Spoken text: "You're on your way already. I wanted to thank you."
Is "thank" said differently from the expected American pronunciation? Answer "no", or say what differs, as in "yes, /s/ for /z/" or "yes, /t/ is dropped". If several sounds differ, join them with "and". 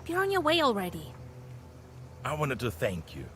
no